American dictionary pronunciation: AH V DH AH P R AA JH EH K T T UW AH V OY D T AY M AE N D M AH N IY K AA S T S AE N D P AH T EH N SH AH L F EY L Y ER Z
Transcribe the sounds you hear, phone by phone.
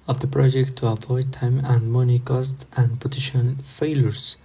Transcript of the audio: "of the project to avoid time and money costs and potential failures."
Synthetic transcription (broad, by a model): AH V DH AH P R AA JH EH K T T UW AH V OY D T AY M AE N D M AH N IY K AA S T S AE N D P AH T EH SH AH N F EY L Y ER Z